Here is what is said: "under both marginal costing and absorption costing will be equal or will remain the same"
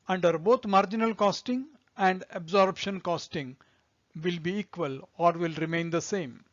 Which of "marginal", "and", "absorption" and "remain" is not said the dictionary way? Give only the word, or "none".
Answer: absorption